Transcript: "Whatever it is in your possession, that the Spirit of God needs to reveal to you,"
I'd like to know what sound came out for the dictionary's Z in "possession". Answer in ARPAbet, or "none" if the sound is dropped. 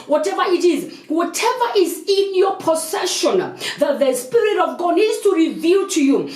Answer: S